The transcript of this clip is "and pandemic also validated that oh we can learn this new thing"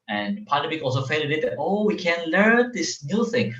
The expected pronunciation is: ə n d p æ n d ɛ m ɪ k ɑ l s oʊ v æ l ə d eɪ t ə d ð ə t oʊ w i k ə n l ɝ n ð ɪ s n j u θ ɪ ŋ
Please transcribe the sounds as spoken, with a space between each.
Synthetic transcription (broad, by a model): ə n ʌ p æ n d ɛ m ɪ k ɑ l s oʊ f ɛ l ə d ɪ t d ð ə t oʊ w i k ə n l ɝ n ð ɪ s n j u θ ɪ ŋ